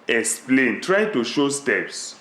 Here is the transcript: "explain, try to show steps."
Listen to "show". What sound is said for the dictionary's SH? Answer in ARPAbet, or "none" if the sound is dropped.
SH